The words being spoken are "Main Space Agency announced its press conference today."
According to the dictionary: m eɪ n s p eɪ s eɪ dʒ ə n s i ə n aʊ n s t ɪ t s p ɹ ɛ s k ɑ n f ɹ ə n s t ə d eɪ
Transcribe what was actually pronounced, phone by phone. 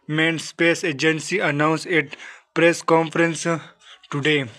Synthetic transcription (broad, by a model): m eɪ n s p eɪ s eɪ dʒ ə n s i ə n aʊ n s ɪ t p ɹ ɛ s k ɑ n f ɹ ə n s t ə d eɪ